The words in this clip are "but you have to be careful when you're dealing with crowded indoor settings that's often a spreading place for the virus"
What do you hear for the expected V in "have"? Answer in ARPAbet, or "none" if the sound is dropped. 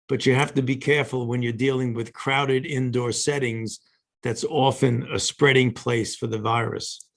F